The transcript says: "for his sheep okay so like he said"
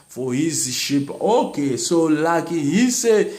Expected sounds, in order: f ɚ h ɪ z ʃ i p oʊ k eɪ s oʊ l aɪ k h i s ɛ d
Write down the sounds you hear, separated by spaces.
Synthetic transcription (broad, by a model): f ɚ h ɪ z ʃ i p oʊ k eɪ s oʊ l aɪ k h i s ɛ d